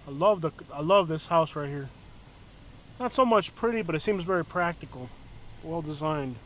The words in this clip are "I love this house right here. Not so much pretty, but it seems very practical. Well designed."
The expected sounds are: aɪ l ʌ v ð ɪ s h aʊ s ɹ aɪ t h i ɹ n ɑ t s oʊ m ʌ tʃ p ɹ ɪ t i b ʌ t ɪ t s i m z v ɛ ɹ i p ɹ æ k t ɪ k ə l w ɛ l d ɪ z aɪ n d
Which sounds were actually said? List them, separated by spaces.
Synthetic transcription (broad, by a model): aɪ l ʌ v ð ɪ s h aʊ s ɹ aɪ t h i ɹ n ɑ t s oʊ m ʌ tʃ p ɹ ɪ t i b ʌ t ɪ t s i m z v ɛ ɹ i p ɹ æ k t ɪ k l w ɛ l d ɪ z aɪ n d